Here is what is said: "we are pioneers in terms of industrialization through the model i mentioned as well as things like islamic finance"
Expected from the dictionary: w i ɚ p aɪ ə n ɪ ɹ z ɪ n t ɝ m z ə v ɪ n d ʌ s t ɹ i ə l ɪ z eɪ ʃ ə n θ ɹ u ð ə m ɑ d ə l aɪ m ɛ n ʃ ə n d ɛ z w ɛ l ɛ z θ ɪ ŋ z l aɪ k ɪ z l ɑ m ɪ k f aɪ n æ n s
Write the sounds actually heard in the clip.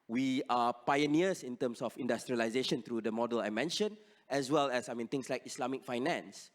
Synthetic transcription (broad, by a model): w i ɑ p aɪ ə n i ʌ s ɪ n t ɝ m s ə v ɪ n d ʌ s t ɹ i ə l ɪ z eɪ ʃ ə n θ ɹ u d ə m ɑ d ə l aɪ m ɛ n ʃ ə n ɛ s w ɛ l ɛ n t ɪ ŋ s l aɪ k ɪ s l ɑ m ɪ k f aɪ n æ n s